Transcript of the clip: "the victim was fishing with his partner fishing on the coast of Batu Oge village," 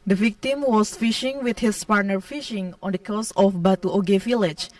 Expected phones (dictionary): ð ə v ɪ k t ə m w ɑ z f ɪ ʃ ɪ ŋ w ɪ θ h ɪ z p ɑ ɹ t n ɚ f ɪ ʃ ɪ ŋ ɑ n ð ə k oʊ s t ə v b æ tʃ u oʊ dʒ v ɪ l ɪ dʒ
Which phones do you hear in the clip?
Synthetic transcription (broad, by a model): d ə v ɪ k t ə m w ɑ s f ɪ ʃ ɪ ŋ w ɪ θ h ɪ s p ɑ ɹ t n ɚ f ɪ ʃ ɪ ŋ ɑ n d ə k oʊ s ə f b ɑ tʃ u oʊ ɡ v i l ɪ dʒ